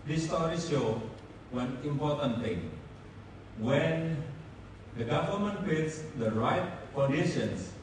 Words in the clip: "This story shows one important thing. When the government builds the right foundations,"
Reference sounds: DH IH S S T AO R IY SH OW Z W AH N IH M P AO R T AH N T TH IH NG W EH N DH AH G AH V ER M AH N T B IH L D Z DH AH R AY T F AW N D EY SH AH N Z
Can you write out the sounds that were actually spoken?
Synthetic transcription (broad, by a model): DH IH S S T AO R IY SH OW W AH N IH M P AO R T AH N T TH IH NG W EH N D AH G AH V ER M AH N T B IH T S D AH R AY T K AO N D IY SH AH N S